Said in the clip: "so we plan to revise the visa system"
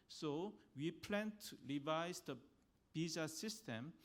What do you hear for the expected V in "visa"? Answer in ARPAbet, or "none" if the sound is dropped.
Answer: B